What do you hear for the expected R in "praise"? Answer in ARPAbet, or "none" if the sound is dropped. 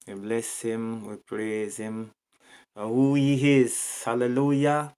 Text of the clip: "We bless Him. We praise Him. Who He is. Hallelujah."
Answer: R